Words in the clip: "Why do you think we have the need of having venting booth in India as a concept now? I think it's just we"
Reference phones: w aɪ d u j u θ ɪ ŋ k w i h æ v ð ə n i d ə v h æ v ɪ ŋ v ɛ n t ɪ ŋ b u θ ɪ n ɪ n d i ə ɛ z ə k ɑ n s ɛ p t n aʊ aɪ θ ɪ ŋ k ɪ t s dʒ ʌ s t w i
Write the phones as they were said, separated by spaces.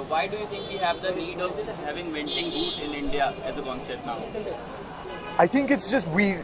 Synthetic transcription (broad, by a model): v aɪ d u j u t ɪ ŋ k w i h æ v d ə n i d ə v h æ v ɪ ŋ v ɛ n t ɪ ŋ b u t ɪ n ɪ n d i ə ɛ z ə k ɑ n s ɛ t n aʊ aɪ t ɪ ŋ k ɪ t s dʒ ʌ s t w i